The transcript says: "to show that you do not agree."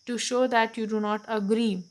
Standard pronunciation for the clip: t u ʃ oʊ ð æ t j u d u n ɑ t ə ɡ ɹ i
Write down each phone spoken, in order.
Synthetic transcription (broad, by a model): t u ʃ oʊ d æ t j u d u n ɑ t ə ɡ ɹ i